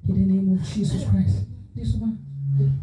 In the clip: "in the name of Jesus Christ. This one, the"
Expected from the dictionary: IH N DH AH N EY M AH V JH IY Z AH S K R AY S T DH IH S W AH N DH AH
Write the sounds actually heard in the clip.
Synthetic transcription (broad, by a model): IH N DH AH N EY M AH V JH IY S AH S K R AY S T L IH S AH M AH